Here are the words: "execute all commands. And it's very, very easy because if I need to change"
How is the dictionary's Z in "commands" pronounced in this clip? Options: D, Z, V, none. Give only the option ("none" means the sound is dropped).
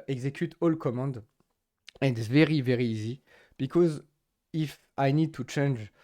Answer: none